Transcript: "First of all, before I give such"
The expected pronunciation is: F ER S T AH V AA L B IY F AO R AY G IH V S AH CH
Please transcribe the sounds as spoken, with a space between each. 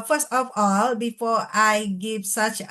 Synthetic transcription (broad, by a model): F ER S T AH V AA L B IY F AO AY G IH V S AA CH